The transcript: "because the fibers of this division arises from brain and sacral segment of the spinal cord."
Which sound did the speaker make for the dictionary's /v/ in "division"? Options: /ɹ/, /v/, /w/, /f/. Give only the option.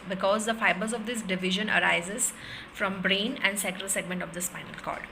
/v/